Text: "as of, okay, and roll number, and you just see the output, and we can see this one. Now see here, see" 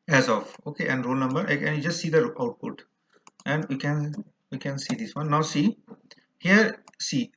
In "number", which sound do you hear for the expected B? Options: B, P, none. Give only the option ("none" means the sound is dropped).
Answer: B